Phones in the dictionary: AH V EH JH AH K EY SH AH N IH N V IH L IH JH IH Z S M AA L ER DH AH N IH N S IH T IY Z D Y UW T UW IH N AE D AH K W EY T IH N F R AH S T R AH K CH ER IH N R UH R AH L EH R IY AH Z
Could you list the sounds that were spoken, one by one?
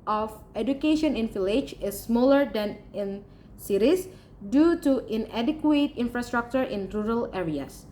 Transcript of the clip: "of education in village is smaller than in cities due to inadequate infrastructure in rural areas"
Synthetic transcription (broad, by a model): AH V EH JH AH K EY SH AH N IH N F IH L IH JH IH S M AA L ER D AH N IH N S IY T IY S D Y UW T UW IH N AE D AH K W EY T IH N F R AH S T R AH K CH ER IH N R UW R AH L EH R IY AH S